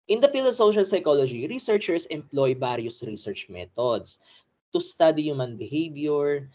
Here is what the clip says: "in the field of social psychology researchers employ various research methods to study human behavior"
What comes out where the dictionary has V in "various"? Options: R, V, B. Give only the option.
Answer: B